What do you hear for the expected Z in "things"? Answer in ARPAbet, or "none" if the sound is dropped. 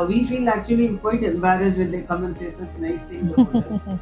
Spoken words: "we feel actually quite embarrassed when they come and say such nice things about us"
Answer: none